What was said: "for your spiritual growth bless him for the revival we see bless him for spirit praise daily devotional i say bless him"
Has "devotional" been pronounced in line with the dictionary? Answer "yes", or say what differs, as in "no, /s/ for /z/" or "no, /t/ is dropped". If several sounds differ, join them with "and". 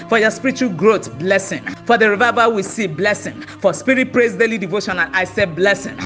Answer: no, /n/ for /l/